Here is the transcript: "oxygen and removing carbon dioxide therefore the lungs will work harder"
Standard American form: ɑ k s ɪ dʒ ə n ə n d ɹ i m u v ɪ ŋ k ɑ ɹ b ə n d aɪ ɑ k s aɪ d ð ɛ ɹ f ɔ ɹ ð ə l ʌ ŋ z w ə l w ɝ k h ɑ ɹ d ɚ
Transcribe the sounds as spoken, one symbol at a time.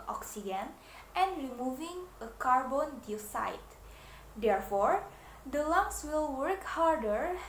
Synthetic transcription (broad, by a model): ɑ k s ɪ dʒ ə n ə n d ɹ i m u v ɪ ŋ k ɑ ɹ b ə n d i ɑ s aɪ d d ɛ ɹ f ɔ ɹ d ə l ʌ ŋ s w ə l w ɝ k h ɑ ɹ d ɚ